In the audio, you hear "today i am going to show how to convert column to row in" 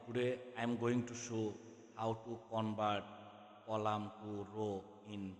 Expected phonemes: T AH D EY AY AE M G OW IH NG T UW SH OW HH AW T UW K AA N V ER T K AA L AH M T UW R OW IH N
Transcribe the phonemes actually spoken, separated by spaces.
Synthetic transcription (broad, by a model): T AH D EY AY M G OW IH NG T UW S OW HH AW T UW K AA N B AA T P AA L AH M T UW R OW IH N